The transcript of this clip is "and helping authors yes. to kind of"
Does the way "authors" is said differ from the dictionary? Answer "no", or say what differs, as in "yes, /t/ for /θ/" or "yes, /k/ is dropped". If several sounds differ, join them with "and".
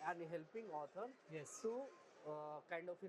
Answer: yes, /t/ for /θ/ and /z/ is dropped